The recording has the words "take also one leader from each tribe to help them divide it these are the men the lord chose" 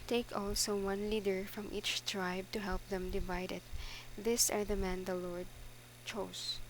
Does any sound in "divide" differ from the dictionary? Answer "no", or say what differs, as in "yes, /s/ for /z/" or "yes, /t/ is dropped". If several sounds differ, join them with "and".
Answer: no